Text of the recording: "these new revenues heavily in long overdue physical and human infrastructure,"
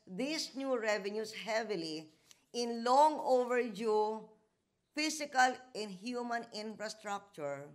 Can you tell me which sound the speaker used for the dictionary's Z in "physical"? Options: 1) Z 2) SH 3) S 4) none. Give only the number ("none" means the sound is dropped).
3